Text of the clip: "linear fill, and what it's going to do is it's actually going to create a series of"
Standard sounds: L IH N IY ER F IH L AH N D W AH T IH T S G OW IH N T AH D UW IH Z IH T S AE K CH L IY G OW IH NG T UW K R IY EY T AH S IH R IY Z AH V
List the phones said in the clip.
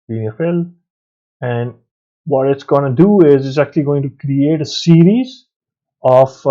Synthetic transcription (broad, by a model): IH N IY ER F IH L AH N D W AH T IH T S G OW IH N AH D UW IH Z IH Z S AE K CH L IY G OW IH NG T UW K R IY EY T AH S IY R IY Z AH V